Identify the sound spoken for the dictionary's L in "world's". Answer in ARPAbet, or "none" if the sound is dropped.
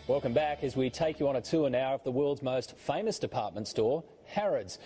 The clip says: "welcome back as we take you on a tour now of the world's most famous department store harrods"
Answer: L